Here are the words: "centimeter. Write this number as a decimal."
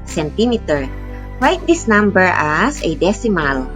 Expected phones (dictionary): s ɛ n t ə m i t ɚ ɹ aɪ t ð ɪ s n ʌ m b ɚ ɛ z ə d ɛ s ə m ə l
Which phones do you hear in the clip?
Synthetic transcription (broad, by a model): s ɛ n t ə m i t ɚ l aɪ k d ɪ s n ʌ m b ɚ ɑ s ə d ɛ s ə m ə l